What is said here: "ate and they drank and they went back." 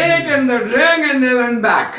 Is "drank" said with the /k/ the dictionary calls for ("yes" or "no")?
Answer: no